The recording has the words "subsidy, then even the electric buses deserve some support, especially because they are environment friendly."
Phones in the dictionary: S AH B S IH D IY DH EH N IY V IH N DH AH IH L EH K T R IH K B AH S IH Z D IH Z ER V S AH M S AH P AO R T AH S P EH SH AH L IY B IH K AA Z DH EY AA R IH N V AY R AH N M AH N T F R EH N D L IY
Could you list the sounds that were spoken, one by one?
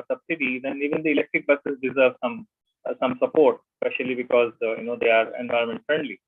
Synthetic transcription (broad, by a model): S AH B S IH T IY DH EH N IY V IH N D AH IH L EH K T R IH K B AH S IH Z D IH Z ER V S AH M S AH P AO R T AH S P EH SH AH L IY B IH K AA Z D EY AA R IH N V AY R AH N M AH N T F R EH N D L IY